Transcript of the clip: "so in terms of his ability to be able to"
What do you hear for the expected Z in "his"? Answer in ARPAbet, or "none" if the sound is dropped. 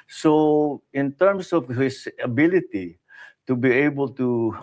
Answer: S